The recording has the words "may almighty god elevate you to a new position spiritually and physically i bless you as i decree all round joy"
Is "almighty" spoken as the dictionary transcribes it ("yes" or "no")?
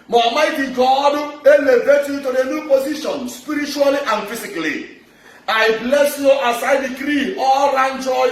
no